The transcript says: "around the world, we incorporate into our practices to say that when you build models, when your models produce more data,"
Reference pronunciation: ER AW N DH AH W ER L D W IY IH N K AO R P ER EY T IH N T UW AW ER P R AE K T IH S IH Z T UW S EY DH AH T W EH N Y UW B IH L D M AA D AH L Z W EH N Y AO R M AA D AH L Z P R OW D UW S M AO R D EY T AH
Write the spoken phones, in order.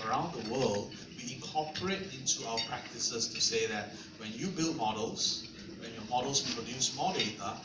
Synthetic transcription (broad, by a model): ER AW N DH AH W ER L D W IY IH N K AO P ER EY T IH N T UW AW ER P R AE K T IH S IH S T UW S EY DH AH T W EH N Y UW B IH L D M AA D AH L S W EH N Y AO M AA D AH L S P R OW D UW S M AO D EY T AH